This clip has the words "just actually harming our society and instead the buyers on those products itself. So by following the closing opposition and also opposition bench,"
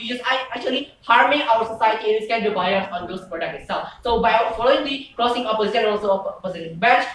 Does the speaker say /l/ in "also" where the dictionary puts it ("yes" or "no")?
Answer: yes